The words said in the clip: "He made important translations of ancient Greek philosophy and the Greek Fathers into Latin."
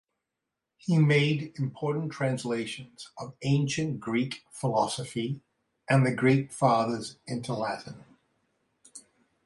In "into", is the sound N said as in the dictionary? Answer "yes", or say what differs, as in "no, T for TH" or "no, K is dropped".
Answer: yes